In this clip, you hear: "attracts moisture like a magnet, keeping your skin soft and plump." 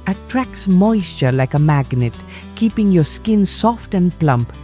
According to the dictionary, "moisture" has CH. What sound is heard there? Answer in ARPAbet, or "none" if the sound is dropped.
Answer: CH